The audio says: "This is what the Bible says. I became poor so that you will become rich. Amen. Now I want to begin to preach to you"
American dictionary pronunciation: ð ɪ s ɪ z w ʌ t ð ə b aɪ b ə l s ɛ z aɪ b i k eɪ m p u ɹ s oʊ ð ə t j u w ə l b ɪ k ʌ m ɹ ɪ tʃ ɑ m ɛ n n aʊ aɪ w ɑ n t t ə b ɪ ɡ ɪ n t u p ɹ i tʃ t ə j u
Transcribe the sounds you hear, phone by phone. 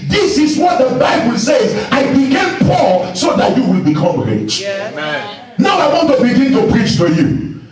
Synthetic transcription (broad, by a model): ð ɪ s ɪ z w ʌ t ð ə b aɪ b ə l s ɛ z aɪ b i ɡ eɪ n p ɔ l s oʊ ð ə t j u w ə l b ɪ k ʌ m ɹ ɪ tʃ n n aʊ aɪ w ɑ n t t ə b ɪ ɡ ɪ n t u p ɹ i tʃ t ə j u